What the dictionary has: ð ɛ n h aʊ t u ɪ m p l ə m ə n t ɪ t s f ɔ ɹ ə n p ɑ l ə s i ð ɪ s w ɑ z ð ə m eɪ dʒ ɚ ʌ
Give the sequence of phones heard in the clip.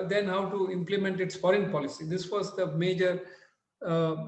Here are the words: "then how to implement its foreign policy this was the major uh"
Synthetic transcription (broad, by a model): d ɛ n h aʊ t u ɪ m p l ə m ə n t ɪ t s f ɔ ɹ ə n p ɑ l ə s i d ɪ s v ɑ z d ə m eɪ dʒ ɚ